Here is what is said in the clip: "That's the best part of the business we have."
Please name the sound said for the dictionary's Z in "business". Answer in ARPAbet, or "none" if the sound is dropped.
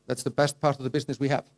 Z